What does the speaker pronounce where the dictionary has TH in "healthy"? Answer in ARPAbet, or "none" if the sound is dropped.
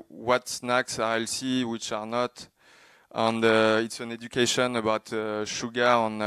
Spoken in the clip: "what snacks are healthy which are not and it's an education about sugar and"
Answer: S